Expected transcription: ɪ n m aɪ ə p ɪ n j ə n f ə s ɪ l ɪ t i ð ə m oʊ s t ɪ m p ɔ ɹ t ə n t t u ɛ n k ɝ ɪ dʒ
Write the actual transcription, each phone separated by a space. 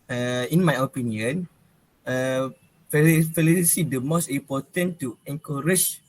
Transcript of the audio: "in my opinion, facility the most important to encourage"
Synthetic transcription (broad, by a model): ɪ n m aɪ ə p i n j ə n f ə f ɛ l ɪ s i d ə m oʊ s t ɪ m p ɔ t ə n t t u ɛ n k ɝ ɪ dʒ